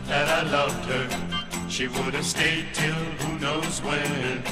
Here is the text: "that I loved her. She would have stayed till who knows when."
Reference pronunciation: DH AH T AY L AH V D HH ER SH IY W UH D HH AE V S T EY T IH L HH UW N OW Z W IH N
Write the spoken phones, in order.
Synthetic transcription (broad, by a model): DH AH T AY L AH V D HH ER SH IY W UH D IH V S T EY T IH L HH UW N OW Z W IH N